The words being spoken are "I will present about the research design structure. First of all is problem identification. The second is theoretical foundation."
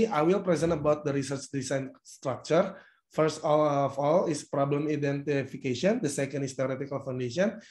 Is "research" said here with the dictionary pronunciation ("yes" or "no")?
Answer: yes